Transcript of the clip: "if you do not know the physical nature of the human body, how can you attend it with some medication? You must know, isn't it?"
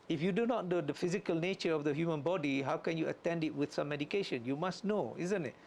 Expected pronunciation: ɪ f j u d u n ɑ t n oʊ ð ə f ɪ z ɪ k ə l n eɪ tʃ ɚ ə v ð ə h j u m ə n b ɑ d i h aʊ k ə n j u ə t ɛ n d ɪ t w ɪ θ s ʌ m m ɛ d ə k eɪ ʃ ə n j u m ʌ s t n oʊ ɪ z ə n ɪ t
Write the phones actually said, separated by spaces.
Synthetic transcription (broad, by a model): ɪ f j u d u n ɑ t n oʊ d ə f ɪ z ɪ k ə l n eɪ tʃ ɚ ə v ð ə h j u m ə n b ɑ d i h aʊ k ə n j u ə t ɛ n d ɪ t w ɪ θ s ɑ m m ɛ d ə k eɪ ʃ ə n j u m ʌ s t n oʊ ɪ z ə n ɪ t